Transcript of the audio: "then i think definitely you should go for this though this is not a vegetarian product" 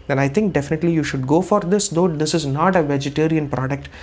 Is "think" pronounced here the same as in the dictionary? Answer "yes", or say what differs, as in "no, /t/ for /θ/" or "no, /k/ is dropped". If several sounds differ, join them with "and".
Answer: no, /t/ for /θ/